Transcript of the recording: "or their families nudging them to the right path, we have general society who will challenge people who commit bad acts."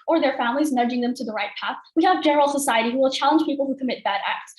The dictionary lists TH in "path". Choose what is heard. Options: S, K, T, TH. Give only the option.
TH